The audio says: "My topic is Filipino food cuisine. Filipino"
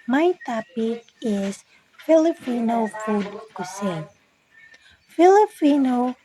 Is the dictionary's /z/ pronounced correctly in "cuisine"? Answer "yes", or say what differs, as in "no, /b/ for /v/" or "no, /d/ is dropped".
no, /s/ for /z/